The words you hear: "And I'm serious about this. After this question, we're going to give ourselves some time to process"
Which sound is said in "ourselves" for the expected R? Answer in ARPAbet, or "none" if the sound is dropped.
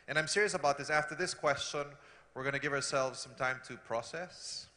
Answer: R